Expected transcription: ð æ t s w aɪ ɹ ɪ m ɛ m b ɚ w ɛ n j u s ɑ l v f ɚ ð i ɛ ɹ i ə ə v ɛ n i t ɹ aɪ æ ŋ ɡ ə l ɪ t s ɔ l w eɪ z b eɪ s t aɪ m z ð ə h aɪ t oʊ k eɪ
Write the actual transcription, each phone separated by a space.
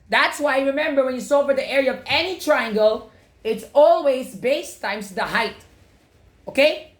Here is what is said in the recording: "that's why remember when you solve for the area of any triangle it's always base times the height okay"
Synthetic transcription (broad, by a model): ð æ t s w aɪ ɹ ɪ m ɛ m b ɚ w ɛ n j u s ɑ v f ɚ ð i ɛ ɹ i ə ə v ɛ n i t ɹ aɪ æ ŋ ɡ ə l ɪ t s ɔ l w eɪ z b eɪ s t aɪ m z ð ə h aɪ t oʊ k eɪ